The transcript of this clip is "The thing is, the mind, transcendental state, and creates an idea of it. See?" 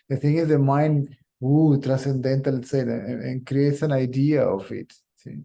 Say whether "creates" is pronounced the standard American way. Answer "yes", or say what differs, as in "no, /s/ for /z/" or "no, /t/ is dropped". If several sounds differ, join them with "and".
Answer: yes